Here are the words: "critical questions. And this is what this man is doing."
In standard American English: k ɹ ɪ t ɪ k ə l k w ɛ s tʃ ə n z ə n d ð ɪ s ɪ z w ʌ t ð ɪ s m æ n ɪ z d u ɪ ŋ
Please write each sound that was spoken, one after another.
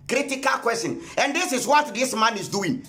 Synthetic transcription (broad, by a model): k ɹ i t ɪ k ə l k w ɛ s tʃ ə n ə n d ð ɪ s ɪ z w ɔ t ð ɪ s m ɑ n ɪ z d u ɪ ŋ